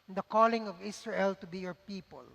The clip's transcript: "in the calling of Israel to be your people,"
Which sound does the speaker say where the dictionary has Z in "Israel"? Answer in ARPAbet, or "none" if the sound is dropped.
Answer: S